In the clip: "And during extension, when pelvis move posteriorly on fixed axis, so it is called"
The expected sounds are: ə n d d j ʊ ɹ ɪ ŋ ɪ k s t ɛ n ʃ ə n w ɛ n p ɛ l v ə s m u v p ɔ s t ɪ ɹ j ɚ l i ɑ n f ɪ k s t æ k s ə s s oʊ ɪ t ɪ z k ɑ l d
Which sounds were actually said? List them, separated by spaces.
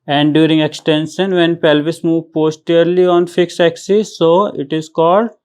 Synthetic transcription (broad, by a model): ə n d d j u ɹ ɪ ŋ ɪ k s t ɛ n ʃ ə n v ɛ n p ɛ l v ə s m u v p ɔ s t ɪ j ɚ l i ɑ n f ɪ k s æ k s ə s s oʊ ɪ t ɪ z k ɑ l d